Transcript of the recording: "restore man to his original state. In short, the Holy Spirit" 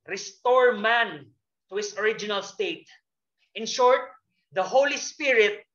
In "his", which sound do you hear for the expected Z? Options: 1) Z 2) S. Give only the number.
2